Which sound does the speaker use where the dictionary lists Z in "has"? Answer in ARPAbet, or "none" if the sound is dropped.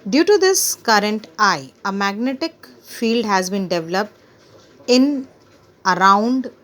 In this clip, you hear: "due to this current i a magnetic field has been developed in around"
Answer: Z